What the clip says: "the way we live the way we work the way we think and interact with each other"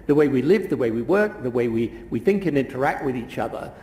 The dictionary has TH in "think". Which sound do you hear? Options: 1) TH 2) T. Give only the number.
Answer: 1